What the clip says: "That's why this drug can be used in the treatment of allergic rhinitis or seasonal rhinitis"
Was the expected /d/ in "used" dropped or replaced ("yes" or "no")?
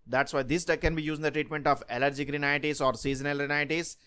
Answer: yes